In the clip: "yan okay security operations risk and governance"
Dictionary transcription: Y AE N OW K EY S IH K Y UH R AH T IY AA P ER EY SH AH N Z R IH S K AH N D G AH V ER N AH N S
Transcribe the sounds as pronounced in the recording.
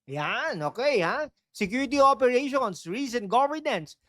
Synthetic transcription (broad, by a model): Y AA N OW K EY S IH K Y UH R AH T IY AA P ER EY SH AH N S R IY S AH N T G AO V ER N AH N S